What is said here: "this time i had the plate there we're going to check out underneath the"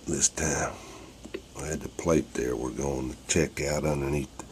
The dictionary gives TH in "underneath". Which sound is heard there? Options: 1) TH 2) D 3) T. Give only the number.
1